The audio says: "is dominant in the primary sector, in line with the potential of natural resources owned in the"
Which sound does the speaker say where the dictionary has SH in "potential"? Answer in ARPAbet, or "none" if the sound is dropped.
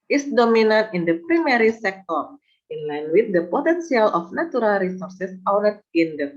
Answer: S